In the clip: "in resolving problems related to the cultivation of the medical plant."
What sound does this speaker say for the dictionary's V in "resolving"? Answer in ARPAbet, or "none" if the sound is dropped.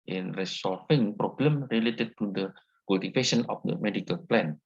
F